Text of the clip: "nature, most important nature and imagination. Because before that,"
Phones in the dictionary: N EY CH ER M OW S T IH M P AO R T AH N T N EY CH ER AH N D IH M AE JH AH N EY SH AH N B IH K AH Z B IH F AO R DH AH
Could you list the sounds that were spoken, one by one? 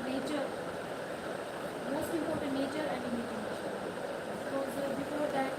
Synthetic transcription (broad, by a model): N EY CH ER M OW S T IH M P AO R T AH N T N EY CH ER AH N D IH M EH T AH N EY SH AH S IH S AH B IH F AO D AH